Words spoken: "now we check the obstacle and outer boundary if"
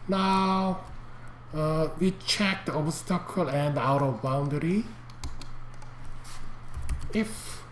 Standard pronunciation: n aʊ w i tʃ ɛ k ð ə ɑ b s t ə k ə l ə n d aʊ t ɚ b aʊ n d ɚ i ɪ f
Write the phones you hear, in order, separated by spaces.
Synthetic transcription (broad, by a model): n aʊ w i tʃ ɛ k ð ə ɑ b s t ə k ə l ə n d aʊ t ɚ b aʊ n d ɚ i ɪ f